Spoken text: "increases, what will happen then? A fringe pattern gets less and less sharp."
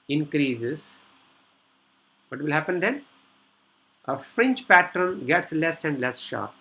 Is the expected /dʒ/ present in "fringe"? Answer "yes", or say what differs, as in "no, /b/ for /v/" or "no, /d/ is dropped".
no, /tʃ/ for /dʒ/